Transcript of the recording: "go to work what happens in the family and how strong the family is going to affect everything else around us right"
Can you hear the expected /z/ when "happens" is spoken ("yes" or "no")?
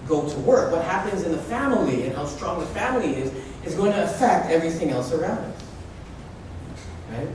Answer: yes